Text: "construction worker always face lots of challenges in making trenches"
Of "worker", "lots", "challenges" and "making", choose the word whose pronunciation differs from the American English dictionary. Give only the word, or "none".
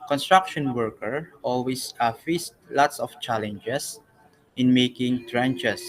challenges